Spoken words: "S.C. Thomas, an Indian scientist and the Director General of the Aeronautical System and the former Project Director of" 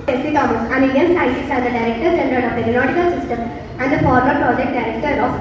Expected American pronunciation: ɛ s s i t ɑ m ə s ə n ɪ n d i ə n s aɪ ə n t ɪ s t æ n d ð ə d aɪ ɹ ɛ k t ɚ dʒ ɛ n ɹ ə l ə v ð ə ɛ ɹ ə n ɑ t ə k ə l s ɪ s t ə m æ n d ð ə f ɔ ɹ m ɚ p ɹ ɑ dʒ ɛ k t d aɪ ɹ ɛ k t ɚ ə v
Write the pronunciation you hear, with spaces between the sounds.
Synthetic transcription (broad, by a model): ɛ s s i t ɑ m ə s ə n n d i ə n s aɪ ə t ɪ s æ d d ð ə d aɪ ɹ ɛ k t ɚ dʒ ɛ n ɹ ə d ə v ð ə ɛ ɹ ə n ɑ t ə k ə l s ɪ s t ə m æ n d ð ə f ɔ ɹ m ɚ p ɹ ɑ dʒ ɛ k t d aɪ ɹ ɛ k t ɚ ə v